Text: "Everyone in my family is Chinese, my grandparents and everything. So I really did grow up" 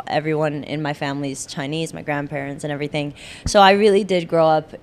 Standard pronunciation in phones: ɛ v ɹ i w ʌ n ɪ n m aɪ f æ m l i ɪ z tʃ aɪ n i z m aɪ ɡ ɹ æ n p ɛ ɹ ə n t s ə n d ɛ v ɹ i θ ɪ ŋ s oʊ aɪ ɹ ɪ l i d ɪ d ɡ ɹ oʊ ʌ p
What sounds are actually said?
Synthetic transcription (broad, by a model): ɛ v ɹ i w ʌ n ɪ n m aɪ f æ m l i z tʃ aɪ n i z m aɪ ɡ ɹ æ n p ɛ ɹ ə n t s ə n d ɛ v ɹ i θ ɪ ŋ s oʊ aɪ ɹ ɪ l i d ɪ d ɡ ɹ oʊ ʌ p